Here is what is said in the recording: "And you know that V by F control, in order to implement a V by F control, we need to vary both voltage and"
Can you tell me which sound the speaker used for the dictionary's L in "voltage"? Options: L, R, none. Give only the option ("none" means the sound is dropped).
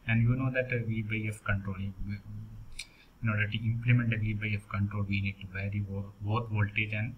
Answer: L